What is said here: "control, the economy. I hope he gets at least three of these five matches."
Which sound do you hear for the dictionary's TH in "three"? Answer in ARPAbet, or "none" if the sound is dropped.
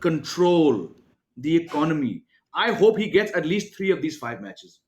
T